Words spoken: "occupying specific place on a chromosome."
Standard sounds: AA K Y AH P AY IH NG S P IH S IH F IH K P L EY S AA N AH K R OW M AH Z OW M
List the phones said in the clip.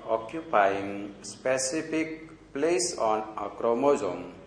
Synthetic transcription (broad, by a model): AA K Y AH P AY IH NG S P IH S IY P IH K P L EY S AA N AH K R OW M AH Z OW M